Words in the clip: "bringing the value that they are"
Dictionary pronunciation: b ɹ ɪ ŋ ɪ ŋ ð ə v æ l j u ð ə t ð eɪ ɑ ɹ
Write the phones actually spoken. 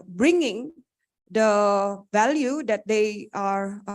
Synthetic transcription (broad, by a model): b ɹ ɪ ŋ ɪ ŋ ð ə v æ l j u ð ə t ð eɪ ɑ ɹ